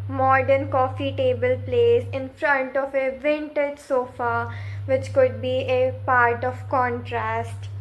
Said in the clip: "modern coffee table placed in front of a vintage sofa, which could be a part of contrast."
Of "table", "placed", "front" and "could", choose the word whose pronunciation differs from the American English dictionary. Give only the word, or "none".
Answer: placed